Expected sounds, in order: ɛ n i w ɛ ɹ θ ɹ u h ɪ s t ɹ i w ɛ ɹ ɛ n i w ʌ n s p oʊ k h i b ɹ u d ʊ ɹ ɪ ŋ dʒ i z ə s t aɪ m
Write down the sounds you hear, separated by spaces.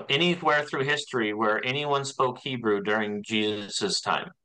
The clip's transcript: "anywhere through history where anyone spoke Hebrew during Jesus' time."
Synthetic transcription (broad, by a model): ɛ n i w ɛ ɹ θ ɹ u h ɪ s t ɹ i w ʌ ɹ ɛ n i w ʌ n s p oʊ k h i b ɹ u d ʊ ɹ ɪ ŋ dʒ i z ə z t aɪ m